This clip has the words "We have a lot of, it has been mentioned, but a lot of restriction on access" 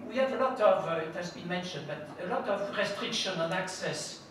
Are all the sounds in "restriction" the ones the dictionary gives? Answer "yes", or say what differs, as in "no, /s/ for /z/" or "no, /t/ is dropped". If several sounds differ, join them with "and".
yes